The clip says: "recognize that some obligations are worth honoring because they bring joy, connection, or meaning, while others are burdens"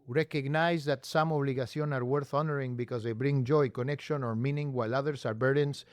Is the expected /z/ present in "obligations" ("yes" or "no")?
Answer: no